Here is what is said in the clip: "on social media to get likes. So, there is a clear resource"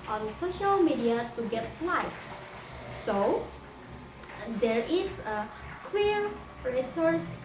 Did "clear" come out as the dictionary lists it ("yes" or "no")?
no